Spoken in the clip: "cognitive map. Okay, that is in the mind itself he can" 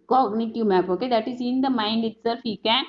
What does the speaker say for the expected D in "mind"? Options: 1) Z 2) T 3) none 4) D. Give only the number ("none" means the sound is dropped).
4